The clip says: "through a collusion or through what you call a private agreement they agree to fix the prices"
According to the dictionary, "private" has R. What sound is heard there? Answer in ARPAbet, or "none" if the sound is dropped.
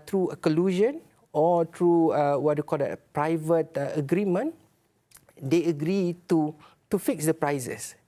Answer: R